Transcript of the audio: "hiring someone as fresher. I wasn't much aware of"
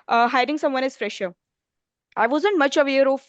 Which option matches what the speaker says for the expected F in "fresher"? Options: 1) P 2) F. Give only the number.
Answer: 2